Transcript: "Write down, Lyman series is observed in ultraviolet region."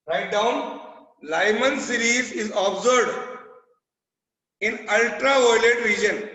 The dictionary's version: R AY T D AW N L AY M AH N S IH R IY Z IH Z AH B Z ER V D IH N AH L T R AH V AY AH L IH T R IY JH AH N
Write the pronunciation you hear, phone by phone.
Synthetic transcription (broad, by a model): R AY T D AW N L AY M AH N S IH R IY Z IH Z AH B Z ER D IH N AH L T R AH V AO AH L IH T R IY JH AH N